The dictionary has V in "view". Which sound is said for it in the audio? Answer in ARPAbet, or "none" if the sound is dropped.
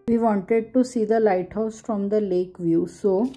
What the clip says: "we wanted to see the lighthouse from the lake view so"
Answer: V